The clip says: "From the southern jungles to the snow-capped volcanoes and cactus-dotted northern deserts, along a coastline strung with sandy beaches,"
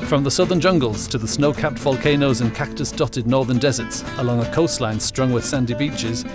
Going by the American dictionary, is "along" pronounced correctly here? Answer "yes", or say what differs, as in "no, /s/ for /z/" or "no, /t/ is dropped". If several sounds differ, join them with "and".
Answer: yes